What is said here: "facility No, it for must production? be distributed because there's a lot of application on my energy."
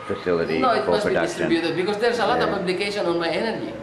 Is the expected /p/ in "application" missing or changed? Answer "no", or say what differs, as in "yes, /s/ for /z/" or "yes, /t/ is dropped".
yes, /b/ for /p/